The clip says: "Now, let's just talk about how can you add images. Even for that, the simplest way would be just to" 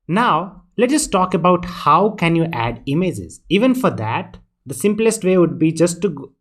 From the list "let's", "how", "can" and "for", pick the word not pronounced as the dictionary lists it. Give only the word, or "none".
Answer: let's